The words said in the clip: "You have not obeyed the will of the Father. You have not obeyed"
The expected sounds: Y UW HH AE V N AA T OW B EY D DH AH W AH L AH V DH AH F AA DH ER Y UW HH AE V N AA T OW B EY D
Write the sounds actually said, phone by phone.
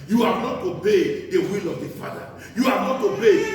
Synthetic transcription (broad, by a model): Y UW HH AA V N AA T OW B EY D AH W AH L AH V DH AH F AA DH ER Y UW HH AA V N AA T OW B EY